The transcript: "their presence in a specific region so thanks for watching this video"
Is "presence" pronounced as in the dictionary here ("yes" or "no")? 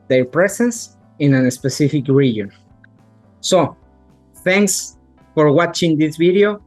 no